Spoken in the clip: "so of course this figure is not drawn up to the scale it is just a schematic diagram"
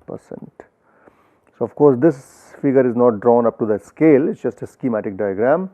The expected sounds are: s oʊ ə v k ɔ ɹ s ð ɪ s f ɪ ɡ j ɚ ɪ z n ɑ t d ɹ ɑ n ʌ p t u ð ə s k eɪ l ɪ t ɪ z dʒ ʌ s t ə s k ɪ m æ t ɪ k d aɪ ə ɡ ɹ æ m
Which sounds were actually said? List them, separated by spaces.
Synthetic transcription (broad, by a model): s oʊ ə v k ɔ ɹ s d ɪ s f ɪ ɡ ɚ ɪ z n ɑ t d ɹ ɑ n ʌ p t u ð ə s k eɪ l ɪ t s dʒ ʌ s t ə s k ɪ m æ t ɪ k d aɪ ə ɡ ɹ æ m